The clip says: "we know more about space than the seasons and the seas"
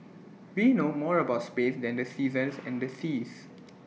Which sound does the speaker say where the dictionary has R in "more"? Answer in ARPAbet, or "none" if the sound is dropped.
R